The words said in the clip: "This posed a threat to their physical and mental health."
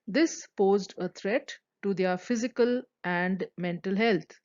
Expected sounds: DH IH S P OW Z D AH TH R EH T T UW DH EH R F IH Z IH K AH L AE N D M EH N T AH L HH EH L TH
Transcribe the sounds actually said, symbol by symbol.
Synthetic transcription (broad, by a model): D IH S P OW Z D AH T R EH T T UW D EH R F IH Z IH K AH L AE N D M EH N T AH L HH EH L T